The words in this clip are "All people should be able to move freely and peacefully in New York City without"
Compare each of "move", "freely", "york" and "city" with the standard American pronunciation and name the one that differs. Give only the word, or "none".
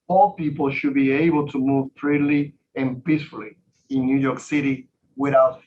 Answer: freely